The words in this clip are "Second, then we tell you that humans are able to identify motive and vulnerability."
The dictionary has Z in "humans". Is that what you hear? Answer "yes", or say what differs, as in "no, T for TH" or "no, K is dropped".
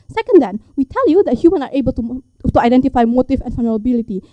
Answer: no, Z is dropped